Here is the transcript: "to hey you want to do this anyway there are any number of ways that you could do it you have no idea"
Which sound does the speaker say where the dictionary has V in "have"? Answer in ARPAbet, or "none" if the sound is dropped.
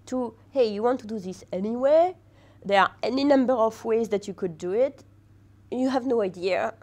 V